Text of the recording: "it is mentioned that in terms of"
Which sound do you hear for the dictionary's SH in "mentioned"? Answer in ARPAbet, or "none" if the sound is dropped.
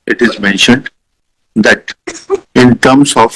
SH